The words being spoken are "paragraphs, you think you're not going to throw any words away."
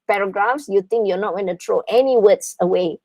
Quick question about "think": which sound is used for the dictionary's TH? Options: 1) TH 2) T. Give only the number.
2